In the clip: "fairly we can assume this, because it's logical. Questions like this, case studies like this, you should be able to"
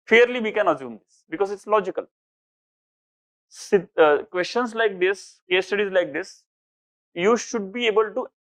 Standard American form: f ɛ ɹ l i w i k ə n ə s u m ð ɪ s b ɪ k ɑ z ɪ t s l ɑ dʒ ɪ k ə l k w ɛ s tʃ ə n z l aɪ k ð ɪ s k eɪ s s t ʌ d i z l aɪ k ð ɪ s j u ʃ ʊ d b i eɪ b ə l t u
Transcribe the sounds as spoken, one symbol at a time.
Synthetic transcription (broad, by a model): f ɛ ɹ l i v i k ə n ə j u m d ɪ s b ɪ k ɑ z ɪ t s l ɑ dʒ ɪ k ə l k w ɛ s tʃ ə n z l aɪ k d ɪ s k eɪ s s t ʌ d i z l aɪ k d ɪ s j u ʃ ʊ d b i eɪ b ə l t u